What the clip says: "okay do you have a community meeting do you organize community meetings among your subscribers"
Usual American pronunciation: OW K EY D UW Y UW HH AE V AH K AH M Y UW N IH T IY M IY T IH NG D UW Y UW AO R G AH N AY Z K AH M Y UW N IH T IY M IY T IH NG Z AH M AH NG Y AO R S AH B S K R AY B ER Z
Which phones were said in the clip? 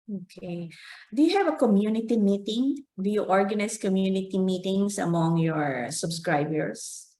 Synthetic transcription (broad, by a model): OW K EY D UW Y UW HH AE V AH K AH M Y UW N IH T IY M IY T IH NG D UW Y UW AO R G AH N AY S K AH M Y UW N IH T IY M IY T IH NG S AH M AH NG Y AO R S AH B S K R AY B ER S